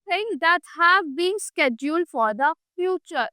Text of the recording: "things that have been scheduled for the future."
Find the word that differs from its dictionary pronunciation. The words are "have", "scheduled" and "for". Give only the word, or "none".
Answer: none